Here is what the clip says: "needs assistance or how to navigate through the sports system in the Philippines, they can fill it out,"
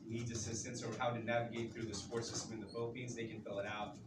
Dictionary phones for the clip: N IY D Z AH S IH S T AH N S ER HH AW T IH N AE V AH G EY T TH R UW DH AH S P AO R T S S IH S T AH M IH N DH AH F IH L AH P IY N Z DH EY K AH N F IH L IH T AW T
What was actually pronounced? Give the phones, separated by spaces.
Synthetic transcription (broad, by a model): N IY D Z AH S IH S T AH N S ER HH AW T IH N AE V AH G EY T TH R UW DH AH S P AO R T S S IH S T AH M IH N DH AH F IH L AH P IY N Z DH EY K AH N F IH L IH T AW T